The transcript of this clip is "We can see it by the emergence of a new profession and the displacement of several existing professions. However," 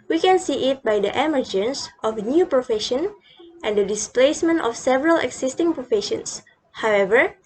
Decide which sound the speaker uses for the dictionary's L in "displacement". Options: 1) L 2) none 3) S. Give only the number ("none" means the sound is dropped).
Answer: 1